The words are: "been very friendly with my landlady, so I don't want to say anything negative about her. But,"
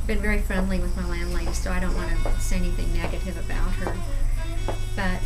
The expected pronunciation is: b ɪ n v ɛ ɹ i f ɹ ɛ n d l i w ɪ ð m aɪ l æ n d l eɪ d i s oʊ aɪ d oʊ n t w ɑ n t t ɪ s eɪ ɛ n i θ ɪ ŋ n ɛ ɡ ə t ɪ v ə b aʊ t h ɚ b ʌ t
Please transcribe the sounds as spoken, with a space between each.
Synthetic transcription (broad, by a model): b ɪ n v ɛ ɹ i f ɹ ɛ n d l i w ɪ ð m aɪ l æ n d l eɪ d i s oʊ aɪ d oʊ n t w ɑ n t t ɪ s eɪ ɛ n i θ ɪ ŋ n ɛ ɡ ə t ɪ v ə b aʊ t h ɚ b ʌ t